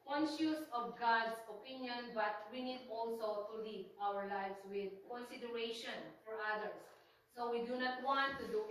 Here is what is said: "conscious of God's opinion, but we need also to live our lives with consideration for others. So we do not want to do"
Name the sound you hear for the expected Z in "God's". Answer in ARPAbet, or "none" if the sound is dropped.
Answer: S